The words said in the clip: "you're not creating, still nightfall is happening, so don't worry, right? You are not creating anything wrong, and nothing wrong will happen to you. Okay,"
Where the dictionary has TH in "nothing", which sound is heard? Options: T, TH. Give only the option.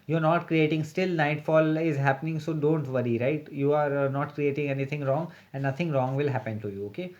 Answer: T